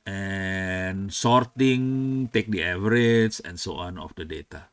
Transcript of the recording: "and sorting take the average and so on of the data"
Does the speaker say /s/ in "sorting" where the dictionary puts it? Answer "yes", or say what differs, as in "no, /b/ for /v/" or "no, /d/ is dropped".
yes